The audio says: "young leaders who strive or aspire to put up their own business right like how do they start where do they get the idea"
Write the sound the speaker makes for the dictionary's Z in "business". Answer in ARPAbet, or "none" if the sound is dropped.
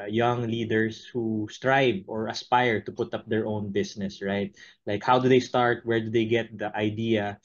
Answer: S